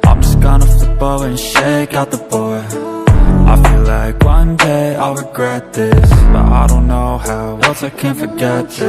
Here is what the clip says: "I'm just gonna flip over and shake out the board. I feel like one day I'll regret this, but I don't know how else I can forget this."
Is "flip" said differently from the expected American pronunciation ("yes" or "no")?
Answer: yes